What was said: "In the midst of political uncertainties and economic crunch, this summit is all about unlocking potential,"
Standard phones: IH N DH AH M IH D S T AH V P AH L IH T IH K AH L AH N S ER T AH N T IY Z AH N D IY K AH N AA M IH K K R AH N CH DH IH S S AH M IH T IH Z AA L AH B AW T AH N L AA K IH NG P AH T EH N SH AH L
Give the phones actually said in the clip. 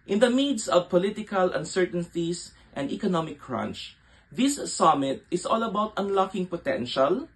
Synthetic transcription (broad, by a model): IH N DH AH M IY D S AH V P AH L IH T IH K AH L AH N S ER T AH N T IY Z AH N D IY K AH N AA M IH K K R AH N CH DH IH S S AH M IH T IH S AA L AH B AW T AH N L AA K IH NG P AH T EH N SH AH L